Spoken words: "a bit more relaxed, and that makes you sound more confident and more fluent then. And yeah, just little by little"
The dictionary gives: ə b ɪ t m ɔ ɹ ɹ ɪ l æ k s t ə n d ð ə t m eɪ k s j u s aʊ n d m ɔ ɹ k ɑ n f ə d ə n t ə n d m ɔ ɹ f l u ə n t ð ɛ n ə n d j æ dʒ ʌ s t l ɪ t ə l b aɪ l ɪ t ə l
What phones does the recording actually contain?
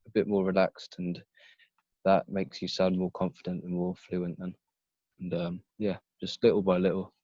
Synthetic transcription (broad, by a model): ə b ɪ t m ɔ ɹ ɹ ɪ l æ k s t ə n ð ə t m eɪ k s j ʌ s aʊ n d m ɔ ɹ k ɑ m f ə d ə n t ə n m ɔ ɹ f l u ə n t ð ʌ n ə n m j æ dʒ ʌ s t l ɪ t l b aɪ l ɪ t l